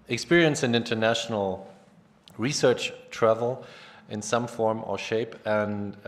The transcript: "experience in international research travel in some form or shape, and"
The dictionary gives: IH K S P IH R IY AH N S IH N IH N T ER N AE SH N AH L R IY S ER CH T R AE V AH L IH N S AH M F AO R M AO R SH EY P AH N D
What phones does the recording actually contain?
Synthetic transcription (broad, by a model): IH K S P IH R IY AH N S IH N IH N T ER N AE SH N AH L R IY S ER CH T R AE V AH L IH N S AH M F AO R M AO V SH EY P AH N